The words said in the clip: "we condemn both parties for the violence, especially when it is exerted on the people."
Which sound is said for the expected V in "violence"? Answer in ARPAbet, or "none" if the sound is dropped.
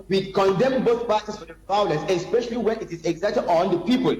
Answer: P